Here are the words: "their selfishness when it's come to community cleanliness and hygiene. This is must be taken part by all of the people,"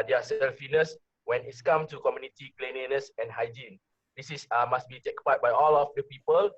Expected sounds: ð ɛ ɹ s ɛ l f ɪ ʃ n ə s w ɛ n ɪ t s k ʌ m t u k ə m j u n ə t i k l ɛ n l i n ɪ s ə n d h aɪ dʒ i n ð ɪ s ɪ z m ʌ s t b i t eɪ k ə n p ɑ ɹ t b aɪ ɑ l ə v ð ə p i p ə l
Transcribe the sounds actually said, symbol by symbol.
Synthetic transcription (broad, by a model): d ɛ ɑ s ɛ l f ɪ n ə s w ɛ n ɪ t s k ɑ m t u k ə m j u n ə t i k l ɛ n i n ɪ s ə n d h aɪ dʒ i n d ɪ s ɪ s m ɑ s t b i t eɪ k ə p ɑ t b aɪ ɑ l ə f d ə p i p ə l